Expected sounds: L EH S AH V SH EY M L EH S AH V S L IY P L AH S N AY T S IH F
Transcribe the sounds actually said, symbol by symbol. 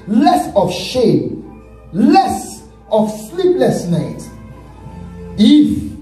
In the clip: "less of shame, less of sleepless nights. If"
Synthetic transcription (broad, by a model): L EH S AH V SH EY M L EH S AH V S L IY P L AH S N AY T IH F